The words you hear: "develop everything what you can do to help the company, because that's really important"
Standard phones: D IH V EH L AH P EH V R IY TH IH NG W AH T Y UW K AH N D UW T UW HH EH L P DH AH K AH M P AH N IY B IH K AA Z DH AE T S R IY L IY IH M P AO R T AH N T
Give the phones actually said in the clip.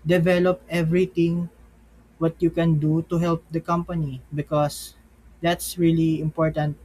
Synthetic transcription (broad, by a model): D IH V EH L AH P EH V R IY T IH NG W AH T Y UW K AH N D UW T UW HH EH L P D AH K AH M P AH N IY B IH K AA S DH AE T S R IY L IY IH M P AO R T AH N T